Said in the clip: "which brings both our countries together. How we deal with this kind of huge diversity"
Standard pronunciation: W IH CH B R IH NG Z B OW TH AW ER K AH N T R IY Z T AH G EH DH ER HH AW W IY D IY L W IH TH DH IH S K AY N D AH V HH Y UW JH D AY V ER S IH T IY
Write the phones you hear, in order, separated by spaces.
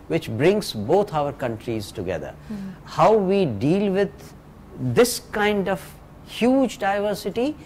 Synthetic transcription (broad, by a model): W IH CH B R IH NG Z B OW T AW ER K AH N T R IY Z T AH G EH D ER HH AW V IY D IY L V IH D IH S K AY N D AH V HH Y UW JH D AY V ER S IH T IY